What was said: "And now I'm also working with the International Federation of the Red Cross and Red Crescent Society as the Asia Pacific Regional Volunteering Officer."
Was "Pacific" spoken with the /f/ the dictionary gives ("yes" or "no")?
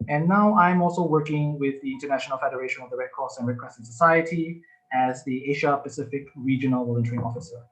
yes